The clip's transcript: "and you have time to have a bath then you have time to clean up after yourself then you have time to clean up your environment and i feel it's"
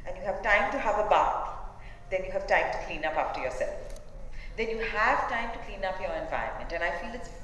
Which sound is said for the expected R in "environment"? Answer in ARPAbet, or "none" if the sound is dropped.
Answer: none